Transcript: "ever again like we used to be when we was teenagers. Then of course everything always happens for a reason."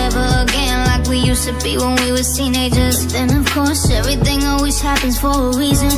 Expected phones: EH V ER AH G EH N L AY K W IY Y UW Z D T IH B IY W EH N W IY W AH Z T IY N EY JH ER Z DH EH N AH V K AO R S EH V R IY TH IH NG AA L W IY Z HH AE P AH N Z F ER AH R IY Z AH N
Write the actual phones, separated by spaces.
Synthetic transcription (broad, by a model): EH V ER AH G EH N L AY K W IY Y UW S T IH B IY W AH N W IY W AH T IY N EY JH ER Z DH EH N AH V K AO R S EH V R IY TH IH NG AA L W IY Z HH AE P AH N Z F ER AH R IY Z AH N